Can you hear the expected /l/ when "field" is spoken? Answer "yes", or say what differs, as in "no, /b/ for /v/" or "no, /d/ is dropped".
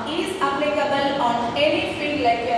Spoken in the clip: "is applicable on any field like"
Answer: no, /l/ is dropped